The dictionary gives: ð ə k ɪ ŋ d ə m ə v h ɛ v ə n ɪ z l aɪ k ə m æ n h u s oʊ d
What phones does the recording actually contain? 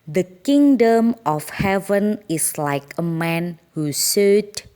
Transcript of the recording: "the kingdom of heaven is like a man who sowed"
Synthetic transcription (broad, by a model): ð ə k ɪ ŋ d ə m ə f h ɛ v ə n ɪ s l aɪ k ə m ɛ n h u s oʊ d